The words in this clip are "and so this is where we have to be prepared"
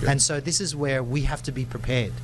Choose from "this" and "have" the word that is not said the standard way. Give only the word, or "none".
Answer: have